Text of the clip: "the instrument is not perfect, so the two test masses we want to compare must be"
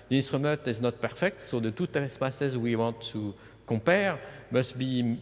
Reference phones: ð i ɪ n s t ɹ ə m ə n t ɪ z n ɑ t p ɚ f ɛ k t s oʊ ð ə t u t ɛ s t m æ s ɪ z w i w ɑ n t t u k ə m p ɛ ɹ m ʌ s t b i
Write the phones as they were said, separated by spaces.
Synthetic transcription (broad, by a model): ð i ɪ n s t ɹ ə m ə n t ɪ z n ɑ t p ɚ f ɛ k t s oʊ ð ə t u t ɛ s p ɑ s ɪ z w i w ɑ n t t u k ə p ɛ ɹ m ʌ s t b i